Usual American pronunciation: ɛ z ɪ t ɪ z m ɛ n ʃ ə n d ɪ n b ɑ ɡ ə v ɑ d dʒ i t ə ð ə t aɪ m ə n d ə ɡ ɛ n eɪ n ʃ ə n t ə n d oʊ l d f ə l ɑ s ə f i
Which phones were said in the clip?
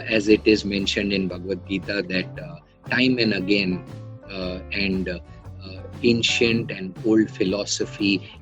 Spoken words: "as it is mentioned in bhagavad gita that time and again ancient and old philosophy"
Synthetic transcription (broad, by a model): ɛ z ɪ t ɪ z m ɛ n ʃ ə n d ɪ n b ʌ ɡ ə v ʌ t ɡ i t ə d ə t aɪ m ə n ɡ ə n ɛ n eɪ n ʃ ə n t ə n d oʊ l d f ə l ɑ s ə f i